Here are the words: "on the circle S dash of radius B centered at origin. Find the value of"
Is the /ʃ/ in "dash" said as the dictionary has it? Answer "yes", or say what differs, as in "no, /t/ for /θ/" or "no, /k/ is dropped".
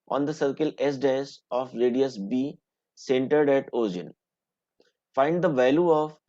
no, /s/ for /ʃ/